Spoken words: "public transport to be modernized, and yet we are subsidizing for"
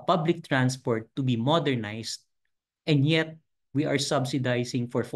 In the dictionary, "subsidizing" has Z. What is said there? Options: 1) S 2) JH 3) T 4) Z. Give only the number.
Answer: 1